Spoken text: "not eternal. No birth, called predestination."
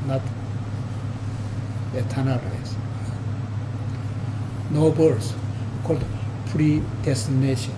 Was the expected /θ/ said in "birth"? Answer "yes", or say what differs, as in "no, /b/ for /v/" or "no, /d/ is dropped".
no, /s/ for /θ/